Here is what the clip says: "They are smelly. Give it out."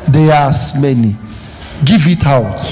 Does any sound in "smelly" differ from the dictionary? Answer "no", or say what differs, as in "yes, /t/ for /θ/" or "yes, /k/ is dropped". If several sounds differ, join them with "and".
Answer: yes, /n/ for /l/